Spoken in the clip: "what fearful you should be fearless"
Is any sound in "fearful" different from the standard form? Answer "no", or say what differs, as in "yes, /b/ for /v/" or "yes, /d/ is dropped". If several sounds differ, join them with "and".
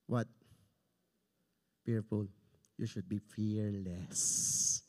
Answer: yes, /n/ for /l/